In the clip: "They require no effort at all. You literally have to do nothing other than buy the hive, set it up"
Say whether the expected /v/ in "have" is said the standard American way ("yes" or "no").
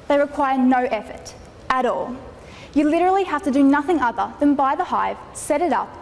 no